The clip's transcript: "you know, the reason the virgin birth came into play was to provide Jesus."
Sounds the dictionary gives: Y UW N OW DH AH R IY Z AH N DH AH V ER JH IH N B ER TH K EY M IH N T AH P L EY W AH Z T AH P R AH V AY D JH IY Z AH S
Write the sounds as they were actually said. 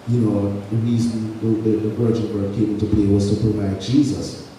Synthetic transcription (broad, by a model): Y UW N OW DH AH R IY Z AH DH DH AH V ER JH IH N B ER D K EY M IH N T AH B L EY W AH Z T AH P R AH V AY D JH IY Z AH S